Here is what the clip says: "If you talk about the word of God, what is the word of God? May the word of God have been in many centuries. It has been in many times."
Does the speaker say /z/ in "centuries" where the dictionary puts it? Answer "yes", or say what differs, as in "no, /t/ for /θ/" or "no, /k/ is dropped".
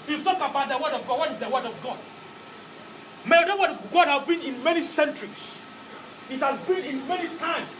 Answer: no, /s/ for /z/